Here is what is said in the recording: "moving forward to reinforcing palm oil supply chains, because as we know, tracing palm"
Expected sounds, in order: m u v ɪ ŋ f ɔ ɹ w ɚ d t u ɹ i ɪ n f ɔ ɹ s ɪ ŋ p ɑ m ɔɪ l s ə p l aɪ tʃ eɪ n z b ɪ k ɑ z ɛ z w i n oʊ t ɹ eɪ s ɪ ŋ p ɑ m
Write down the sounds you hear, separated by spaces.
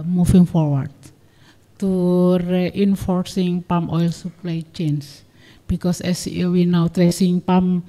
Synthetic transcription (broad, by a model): m u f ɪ ŋ f ɔ ɹ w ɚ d t u ɹ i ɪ n f ɔ ɹ s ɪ ŋ p ɑ m ɔɪ l s ə p l aɪ tʃ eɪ n s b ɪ k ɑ s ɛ s w i n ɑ t ɹ eɪ s ɪ ŋ p ɑ m